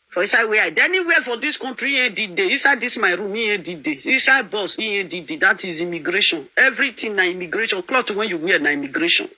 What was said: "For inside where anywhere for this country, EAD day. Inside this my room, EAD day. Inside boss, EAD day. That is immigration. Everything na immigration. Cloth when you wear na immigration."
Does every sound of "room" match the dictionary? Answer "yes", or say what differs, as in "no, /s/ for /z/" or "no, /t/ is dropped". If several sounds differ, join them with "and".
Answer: yes